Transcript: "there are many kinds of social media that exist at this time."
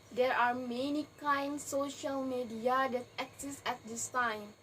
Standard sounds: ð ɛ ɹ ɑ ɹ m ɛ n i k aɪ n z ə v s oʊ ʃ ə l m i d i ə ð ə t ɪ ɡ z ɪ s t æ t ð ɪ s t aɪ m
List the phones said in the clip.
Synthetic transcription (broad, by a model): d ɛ ɹ ɑ ɹ m ɛ n i k aɪ n s oʊ ʃ ə l m i d i ə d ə t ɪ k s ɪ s æ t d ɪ s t aɪ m